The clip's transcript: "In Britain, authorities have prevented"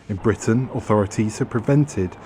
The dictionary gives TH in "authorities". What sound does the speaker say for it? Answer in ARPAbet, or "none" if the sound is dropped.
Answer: TH